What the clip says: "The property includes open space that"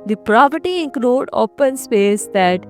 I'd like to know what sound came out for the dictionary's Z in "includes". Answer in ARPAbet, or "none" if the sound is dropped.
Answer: none